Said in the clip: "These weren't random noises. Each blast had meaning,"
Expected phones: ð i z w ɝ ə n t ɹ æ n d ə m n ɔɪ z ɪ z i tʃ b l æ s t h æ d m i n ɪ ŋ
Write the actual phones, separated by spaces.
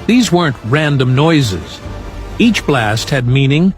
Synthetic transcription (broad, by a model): ð i z w ɝ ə n t ɹ æ n d ə m n ɔɪ z ɪ z i tʃ b l æ s t h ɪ d m i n ɪ ŋ